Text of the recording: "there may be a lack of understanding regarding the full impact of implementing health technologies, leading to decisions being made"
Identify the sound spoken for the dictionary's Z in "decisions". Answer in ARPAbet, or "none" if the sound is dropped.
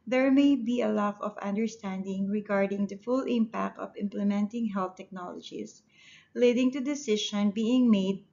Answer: none